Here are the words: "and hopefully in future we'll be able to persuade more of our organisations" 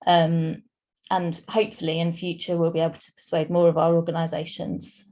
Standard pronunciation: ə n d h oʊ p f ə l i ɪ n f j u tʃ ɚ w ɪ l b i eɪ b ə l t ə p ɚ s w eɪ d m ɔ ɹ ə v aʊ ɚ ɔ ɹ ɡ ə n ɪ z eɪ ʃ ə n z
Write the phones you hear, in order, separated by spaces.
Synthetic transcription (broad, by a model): ə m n h oʊ p f ə l i ɪ n f j u tʃ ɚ w ɪ l b i eɪ b ə l t ə p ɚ s w eɪ d m ɔ ɹ ə v aʊ ɚ ɔ ɡ ə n ɪ z eɪ ʃ ə n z